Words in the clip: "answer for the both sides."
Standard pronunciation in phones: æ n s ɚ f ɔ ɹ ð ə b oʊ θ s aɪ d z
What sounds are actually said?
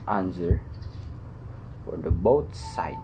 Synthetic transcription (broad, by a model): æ n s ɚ f ɔ ɹ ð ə b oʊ t s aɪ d